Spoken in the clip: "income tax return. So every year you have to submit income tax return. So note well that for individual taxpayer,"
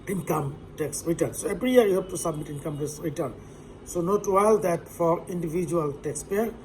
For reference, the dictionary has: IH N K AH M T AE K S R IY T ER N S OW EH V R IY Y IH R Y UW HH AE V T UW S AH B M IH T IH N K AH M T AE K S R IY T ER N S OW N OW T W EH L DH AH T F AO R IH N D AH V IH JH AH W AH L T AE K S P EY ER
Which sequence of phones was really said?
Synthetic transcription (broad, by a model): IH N K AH M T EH K S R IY T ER N S OW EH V R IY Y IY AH Y UW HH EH P T UW S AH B M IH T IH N K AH M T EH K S R IY T ER N S OW N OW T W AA L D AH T F AO R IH N D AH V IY JH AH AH L T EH K S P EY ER